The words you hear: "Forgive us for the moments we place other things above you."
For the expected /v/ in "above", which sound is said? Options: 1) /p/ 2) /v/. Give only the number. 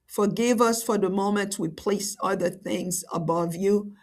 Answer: 2